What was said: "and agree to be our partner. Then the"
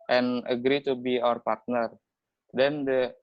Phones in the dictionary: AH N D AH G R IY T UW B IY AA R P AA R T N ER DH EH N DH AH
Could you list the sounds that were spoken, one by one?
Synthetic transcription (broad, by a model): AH N AH G R IY T UW B IY AA R P AA R T N ER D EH N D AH